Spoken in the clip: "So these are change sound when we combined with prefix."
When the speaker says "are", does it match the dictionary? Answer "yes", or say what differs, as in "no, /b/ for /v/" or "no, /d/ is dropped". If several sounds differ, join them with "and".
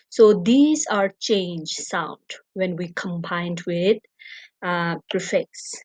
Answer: yes